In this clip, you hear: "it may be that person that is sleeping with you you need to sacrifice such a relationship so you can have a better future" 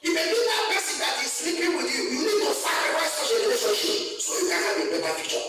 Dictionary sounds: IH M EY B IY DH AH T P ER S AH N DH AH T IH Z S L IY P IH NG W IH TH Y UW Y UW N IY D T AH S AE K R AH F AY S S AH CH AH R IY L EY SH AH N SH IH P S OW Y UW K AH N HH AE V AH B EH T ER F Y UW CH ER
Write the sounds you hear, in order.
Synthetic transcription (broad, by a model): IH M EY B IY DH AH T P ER S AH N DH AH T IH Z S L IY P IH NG W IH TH Y UW Y UW N IY D T AH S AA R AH AY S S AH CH AH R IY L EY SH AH SH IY S OW Y UW K AH N HH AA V AH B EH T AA F Y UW CH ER